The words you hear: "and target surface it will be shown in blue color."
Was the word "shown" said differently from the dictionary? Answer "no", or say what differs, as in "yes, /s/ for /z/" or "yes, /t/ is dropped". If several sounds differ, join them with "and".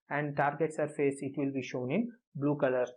no